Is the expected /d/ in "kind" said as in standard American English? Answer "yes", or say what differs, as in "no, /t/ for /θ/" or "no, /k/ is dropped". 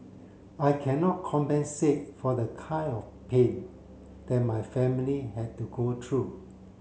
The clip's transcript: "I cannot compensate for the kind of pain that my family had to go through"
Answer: no, /d/ is dropped